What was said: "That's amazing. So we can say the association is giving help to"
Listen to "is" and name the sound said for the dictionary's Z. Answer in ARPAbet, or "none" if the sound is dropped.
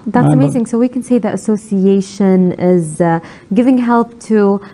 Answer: Z